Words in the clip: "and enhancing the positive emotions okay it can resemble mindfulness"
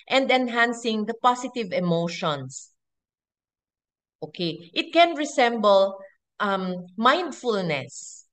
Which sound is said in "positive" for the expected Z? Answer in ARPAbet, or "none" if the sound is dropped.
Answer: S